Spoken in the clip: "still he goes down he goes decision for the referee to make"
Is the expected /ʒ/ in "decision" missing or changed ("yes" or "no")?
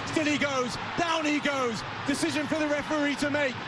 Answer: no